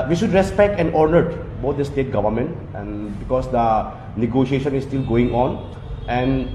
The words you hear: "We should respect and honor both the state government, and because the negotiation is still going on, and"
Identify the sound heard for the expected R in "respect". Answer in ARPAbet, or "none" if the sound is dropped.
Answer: R